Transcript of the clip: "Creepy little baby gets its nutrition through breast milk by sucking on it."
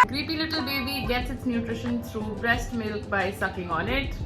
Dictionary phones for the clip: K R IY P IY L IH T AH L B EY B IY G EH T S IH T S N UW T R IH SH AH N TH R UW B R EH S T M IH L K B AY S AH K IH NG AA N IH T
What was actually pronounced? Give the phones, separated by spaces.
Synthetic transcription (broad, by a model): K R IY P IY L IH T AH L B EY B IY G EH T S IH T S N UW T R IH SH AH N T R UW B R EH S T M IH L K B AY S AH K IH NG AA N IH T